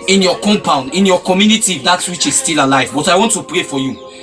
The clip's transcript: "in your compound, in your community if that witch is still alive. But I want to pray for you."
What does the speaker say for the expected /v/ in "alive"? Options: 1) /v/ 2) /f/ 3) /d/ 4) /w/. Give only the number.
1